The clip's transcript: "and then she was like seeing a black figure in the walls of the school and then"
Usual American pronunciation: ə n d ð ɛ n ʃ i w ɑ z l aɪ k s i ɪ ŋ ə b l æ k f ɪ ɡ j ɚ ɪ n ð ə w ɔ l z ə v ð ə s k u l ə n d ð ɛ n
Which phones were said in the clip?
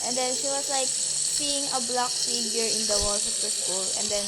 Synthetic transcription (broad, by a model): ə n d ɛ n ʃ i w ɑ s l aɪ k s i ɪ ŋ ə b l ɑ k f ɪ ɡ j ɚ ɪ n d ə w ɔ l s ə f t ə s k u l ə n d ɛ n